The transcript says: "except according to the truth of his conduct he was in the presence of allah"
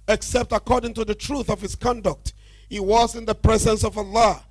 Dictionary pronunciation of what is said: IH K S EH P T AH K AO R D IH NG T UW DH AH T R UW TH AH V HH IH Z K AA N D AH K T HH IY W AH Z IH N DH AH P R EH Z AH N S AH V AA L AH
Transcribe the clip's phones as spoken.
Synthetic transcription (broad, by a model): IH K S EH P T AH K AO R D IH NG T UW DH AH T R UW TH AH V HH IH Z K AA N D AH K T HH IY W AH Z IH N DH AH P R EH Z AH N S AH V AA L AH